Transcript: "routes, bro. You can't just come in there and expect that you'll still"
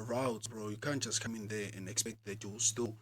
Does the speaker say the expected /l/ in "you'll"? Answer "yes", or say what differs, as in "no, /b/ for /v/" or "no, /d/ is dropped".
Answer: no, /w/ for /l/